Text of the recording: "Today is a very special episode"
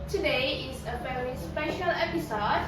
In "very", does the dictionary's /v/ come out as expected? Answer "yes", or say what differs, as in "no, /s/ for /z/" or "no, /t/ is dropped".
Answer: no, /f/ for /v/